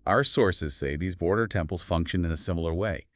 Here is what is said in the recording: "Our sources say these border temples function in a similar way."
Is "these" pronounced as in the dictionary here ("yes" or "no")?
yes